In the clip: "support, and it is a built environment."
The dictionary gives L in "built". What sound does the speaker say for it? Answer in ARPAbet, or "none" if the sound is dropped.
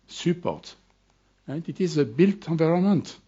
L